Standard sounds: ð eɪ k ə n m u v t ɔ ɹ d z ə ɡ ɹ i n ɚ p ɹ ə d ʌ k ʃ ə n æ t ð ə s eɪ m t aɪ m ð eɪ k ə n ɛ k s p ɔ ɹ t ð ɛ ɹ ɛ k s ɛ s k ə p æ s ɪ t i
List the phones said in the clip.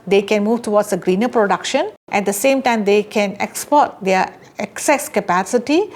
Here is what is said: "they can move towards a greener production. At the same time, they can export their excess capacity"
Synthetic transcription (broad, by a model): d eɪ k ə n m u v t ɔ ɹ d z ə ɡ ɹ i n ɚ p ɹ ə d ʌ k ʃ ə n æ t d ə s eɪ m t aɪ m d eɪ k ə n ɛ k s p ɔ ɹ t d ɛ ɹ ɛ k s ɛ s k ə p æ s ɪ t i